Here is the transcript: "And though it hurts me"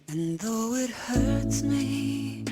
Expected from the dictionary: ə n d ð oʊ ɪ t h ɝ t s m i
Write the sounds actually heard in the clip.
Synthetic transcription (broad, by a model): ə n ð oʊ ɪ t h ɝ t m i